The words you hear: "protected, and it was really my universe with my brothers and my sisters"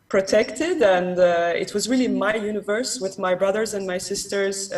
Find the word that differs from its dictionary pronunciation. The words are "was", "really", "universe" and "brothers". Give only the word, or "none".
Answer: none